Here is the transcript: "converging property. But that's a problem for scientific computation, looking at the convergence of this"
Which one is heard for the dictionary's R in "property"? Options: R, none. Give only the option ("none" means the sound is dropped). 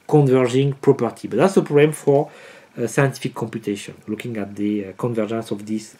R